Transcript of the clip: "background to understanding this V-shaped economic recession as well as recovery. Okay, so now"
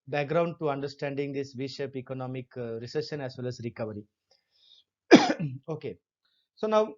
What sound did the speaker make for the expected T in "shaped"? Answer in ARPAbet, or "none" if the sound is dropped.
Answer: none